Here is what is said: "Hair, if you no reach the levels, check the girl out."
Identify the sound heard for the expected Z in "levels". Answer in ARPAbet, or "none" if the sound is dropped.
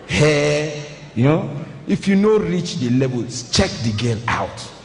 none